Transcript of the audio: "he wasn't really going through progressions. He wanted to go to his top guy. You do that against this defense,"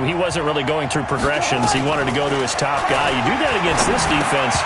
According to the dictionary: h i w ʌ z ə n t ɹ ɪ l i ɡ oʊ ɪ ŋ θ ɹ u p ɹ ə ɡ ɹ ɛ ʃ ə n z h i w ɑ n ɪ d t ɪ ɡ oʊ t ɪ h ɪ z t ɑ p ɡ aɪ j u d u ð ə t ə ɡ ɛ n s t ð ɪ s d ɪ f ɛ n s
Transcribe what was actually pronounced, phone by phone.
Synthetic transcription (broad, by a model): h i w ʌ z ə n t ɹ ɪ l i ɡ oʊ ɪ ŋ θ ɹ u p ɹ ə ɡ ɹ ɛ ʃ ə n z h i w ɑ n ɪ d t ɪ ɡ oʊ t ɪ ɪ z t ɑ p ɡ aɪ j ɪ d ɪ ð ə t ə ɡ ɛ n s t ð ɪ s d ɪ f ɛ n s